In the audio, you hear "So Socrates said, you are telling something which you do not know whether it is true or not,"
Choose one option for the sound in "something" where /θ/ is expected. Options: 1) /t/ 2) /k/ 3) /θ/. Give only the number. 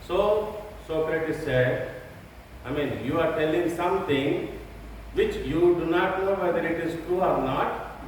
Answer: 1